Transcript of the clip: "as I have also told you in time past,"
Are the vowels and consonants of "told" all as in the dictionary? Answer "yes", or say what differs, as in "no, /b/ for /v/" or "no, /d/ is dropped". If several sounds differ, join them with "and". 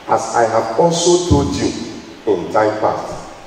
no, /l/ is dropped